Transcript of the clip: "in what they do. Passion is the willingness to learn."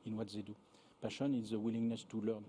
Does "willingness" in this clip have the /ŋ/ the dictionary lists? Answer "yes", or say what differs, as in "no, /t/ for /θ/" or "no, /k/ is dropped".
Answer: yes